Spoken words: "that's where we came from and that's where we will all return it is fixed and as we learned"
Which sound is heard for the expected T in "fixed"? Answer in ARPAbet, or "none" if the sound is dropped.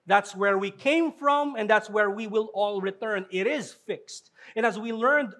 T